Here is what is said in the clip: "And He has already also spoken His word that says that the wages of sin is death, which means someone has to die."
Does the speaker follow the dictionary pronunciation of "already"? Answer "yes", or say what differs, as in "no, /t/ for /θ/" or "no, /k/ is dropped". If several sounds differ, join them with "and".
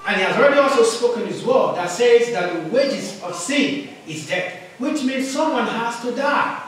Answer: yes